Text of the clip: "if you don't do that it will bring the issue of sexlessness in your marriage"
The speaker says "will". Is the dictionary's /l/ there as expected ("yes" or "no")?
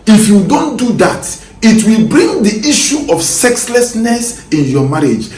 yes